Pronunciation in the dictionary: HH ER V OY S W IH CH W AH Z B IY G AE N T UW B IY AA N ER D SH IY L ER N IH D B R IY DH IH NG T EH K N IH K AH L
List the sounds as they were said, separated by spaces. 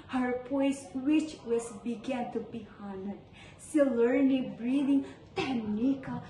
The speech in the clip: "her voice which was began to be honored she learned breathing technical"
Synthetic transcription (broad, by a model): HH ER P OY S W IH CH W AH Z B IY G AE N T UW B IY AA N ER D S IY L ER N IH B R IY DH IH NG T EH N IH K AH